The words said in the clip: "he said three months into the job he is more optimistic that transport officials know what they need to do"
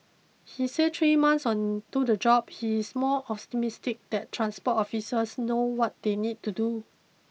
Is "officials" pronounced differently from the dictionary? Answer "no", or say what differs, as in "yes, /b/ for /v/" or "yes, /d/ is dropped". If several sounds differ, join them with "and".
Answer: yes, /s/ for /ʃ/